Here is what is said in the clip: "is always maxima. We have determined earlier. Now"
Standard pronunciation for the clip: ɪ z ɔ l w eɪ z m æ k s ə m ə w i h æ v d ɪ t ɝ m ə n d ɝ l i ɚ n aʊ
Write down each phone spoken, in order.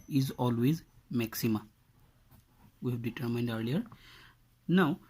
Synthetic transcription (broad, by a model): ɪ z ɔ l w eɪ z m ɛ k s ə m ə w i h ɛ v d ɪ t ɝ m ə n d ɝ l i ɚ n aʊ